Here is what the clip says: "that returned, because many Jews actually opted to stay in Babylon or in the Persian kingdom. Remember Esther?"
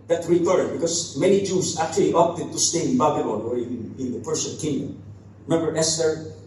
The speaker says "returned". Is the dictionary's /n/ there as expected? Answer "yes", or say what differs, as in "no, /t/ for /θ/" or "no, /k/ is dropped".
no, /n/ is dropped